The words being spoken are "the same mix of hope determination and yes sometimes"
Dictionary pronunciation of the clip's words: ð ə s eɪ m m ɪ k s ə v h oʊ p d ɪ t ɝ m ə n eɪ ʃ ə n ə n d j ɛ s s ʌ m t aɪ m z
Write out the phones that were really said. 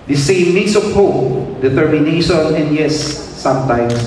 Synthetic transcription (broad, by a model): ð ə s eɪ m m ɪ s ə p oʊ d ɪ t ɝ m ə n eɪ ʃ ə n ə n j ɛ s s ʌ m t aɪ m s